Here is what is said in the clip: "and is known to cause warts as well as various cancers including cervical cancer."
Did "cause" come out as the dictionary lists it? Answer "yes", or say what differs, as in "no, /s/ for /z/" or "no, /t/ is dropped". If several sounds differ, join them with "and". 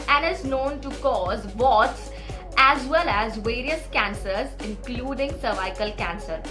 yes